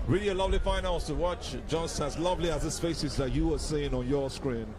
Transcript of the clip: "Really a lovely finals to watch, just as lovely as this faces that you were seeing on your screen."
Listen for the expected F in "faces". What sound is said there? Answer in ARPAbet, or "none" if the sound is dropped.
P